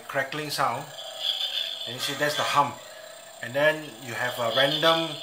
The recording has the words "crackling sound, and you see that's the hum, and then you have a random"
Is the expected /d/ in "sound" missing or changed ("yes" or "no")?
yes